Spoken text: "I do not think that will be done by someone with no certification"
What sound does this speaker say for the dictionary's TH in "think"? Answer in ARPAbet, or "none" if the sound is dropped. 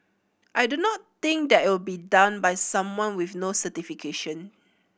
T